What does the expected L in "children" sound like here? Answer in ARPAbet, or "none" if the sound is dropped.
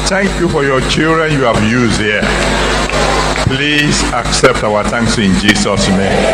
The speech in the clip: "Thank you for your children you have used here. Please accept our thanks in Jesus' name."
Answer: L